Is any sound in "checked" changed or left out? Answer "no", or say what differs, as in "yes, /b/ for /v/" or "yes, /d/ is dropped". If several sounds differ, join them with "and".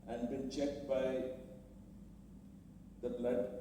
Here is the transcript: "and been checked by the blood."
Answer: no